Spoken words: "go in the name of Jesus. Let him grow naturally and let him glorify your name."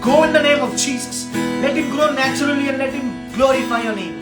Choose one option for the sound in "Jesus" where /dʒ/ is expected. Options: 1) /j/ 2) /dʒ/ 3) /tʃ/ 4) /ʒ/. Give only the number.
3